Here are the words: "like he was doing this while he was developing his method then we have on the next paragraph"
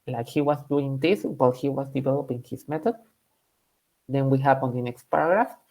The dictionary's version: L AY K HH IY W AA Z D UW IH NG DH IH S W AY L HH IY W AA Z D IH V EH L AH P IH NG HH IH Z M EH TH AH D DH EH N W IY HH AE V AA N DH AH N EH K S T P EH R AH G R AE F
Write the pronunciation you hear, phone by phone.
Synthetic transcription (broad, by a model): L AY K HH IY W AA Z D UW IH NG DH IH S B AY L HH IY W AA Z D IH V EH L AH P IH NG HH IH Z M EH T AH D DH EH N W IY HH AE P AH N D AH N EH K S T P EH R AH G R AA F